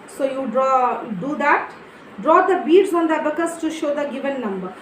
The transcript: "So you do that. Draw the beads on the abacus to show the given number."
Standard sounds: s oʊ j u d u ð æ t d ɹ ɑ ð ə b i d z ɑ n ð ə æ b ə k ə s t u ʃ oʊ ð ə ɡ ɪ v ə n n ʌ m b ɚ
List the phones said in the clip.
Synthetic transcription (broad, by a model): s oʊ j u d u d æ t d ɹ ɑ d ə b i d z ɑ n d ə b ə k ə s t u ʃ oʊ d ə ɡ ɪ v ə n n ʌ m b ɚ